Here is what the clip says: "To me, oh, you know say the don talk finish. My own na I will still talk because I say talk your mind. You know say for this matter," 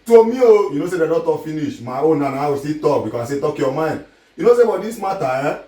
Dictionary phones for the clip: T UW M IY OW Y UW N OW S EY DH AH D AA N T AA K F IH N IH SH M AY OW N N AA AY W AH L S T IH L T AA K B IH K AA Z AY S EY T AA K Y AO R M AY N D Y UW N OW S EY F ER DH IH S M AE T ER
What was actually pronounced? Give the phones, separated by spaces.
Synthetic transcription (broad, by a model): T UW M IY OW Y UW N OW S EY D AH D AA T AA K F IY N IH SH M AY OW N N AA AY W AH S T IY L T AA K B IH K AA S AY S EY T AA K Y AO M AY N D Y UW N OW S EY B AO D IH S M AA T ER